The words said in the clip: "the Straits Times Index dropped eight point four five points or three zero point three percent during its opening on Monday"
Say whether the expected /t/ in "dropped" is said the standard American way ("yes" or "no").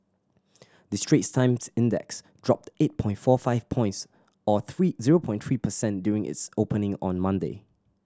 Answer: yes